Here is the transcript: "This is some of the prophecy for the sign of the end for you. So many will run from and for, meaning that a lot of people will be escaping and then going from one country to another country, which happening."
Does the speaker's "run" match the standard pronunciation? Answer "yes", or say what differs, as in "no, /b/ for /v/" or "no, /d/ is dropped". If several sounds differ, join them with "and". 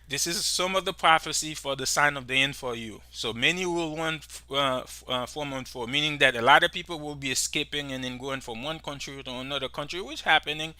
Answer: no, /w/ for /ɹ/